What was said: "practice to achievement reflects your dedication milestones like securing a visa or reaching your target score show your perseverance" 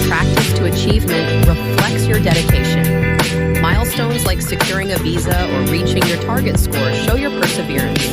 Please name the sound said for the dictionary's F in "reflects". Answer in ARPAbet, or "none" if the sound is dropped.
F